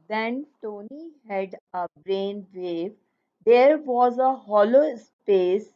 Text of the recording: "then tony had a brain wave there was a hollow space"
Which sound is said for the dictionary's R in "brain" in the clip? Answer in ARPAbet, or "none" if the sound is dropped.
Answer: R